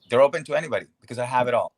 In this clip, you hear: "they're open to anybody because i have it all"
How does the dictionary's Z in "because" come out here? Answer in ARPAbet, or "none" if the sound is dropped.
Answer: Z